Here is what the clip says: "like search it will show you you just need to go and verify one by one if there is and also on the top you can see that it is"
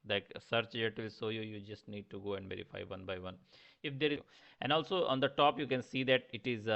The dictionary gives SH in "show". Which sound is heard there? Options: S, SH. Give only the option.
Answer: S